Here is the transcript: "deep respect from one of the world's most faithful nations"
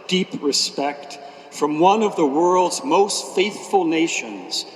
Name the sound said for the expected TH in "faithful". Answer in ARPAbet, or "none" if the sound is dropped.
TH